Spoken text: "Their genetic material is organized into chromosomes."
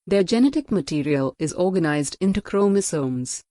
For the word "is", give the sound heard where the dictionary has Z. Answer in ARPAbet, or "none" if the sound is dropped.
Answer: Z